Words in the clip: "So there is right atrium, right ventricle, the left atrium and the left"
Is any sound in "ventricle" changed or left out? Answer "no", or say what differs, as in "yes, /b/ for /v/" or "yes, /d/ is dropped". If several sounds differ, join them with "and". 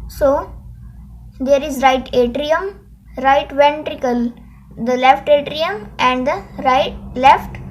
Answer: no